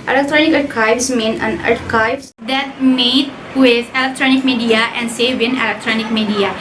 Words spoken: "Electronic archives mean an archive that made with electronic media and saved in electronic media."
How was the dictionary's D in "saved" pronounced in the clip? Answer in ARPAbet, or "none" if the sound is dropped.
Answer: none